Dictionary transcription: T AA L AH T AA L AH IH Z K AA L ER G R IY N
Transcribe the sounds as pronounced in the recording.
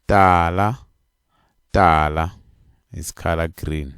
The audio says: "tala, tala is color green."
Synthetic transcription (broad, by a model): T AA L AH T AA L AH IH S K AA L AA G R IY N